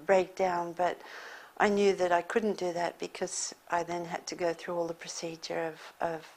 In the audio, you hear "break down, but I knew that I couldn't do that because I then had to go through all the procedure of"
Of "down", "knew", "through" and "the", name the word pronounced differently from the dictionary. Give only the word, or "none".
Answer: none